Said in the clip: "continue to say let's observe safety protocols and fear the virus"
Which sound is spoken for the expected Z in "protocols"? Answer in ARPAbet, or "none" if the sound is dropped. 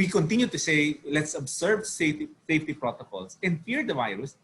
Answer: S